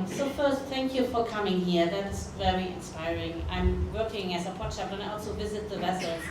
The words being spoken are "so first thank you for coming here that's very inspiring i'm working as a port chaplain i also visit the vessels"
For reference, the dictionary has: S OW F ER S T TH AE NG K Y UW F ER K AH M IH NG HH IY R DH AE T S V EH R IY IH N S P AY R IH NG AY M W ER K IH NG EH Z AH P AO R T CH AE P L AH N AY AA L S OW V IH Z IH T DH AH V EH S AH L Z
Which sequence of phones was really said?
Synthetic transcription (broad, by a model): S OW F ER S T TH AE NG K Y UW F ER K AH M IH NG HH IY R DH AE T S V EH R IY IH N S P AY R IH NG AY M W ER K IH NG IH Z AH P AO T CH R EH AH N AY AA L S OW V IH Z IH T DH AH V EH S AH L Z